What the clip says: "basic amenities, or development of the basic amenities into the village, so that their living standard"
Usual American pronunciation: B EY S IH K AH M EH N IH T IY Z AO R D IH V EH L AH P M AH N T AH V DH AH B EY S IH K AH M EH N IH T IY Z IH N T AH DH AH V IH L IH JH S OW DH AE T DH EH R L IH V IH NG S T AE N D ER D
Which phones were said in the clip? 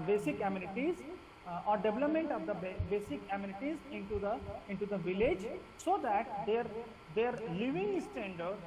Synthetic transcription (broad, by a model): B EY S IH K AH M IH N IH T IY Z AO R D IH V EH L AH P M AH N T AH V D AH B EY S IH K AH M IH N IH T IY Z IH N T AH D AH V IH L IH JH S OW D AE T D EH R L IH V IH NG S T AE N D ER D